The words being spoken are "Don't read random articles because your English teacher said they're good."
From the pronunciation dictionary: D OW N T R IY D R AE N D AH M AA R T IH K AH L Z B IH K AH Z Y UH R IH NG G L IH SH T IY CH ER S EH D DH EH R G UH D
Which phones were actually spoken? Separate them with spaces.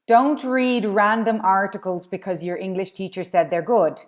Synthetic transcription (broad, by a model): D OW N T R IY D R AE N D AH M AA R T IH K AH L Z B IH K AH Z Y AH R IH NG G L IH SH T IY CH ER S EH D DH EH R G UH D